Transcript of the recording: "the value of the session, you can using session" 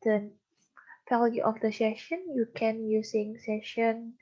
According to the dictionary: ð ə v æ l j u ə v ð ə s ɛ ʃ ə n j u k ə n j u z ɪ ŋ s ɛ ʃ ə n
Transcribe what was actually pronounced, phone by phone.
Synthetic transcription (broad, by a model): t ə f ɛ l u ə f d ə s ɛ ʃ ə n j u k ə n j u s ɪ ŋ s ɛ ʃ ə n